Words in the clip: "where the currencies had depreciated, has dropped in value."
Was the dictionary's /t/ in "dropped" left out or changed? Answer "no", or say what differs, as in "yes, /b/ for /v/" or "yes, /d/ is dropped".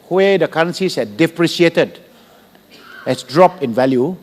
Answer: yes, /t/ is dropped